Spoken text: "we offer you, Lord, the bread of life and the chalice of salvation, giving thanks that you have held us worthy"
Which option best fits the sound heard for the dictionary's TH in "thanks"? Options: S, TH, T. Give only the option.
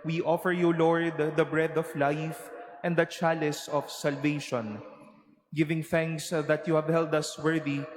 TH